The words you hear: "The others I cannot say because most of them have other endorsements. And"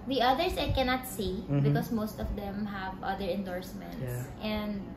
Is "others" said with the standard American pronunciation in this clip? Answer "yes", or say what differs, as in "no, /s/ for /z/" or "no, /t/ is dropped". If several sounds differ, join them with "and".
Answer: no, /s/ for /z/